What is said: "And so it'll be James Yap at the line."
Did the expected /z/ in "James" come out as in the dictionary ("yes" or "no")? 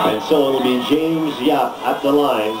yes